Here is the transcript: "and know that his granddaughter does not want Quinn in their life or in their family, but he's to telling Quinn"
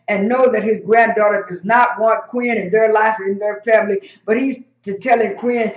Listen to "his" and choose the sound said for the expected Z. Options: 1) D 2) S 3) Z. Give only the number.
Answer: 3